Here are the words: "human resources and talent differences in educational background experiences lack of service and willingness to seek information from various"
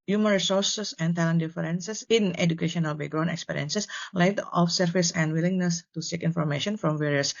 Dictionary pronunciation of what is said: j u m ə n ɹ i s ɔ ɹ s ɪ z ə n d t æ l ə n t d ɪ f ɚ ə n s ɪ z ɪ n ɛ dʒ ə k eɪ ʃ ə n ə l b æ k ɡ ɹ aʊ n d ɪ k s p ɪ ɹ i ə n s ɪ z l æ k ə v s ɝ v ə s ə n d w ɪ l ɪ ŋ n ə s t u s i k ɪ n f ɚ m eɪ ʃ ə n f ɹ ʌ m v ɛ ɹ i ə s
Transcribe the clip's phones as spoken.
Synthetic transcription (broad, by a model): j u m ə n ɹ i s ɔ ɹ s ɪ s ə n t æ l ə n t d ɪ f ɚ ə n s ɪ s ɪ n ɛ dʒ ə k eɪ ʃ ə n ə l b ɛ ɡ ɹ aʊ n ɪ k s p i ɹ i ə n s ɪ s l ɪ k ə f s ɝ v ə s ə n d w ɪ l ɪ ŋ n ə s t u s i k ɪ n f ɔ m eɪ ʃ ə n f ɹ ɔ m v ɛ ɹ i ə s